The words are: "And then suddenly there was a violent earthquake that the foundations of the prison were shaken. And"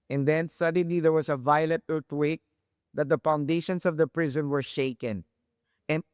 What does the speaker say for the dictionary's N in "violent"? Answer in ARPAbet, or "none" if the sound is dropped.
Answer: none